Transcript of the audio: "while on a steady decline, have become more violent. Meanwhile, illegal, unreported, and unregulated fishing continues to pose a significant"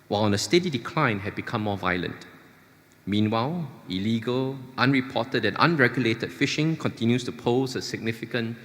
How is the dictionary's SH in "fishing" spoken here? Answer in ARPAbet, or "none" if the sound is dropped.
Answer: SH